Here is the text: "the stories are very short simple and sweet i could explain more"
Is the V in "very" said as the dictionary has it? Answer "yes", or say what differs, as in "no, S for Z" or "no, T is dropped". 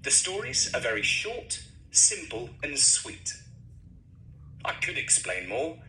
yes